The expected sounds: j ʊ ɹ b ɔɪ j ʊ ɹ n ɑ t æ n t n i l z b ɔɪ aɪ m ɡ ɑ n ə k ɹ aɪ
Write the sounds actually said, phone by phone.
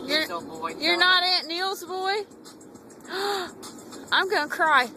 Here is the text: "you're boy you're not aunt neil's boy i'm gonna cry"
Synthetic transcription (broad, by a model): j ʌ ɹ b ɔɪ j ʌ ɹ n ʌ t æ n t n i l z b ɔɪ aɪ m ɡ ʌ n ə k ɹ aɪ